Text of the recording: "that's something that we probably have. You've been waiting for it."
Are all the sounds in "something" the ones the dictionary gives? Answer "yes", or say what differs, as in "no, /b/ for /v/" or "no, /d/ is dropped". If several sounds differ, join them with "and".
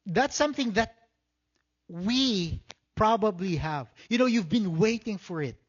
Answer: yes